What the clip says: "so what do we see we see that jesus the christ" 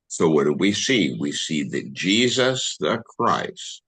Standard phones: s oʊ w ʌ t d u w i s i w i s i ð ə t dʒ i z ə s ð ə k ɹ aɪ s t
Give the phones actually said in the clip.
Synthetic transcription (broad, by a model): s oʊ w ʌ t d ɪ w i s i w i s i ð ə t dʒ i z ə s ð ə k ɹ aɪ s t